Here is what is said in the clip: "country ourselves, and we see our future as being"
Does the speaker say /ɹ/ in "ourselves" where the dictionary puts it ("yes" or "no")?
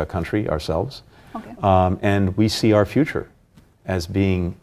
yes